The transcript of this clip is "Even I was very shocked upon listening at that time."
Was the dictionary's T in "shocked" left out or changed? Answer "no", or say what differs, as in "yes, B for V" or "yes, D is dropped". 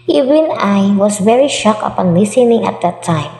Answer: yes, T is dropped